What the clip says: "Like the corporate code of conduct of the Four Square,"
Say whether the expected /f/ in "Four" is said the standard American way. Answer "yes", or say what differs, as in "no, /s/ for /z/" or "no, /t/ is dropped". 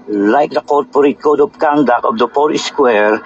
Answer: no, /p/ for /f/